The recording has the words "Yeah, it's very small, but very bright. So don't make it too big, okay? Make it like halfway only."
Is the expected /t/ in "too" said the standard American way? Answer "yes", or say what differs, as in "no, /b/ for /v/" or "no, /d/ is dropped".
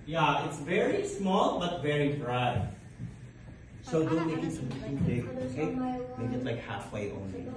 no, /s/ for /t/